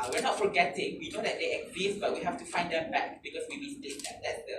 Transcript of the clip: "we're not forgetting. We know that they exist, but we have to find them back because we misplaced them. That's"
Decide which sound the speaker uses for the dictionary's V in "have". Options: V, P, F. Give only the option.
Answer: F